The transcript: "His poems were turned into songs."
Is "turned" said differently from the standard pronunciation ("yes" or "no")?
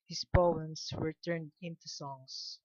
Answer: no